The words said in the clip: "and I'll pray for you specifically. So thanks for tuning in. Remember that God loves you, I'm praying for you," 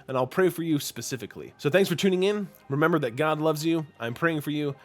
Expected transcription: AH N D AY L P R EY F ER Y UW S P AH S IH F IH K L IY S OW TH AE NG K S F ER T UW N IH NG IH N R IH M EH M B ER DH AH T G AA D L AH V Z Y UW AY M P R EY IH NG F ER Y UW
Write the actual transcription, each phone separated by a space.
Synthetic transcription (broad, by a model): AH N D AY L P R EY F ER Y UW S P AH S IH F IH K L IY S OW TH AE NG K S F ER T UW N IH NG IH N R IH M EH M B ER DH AH T G AA D L AH V Z Y UW AY M P R EY IH NG F ER Y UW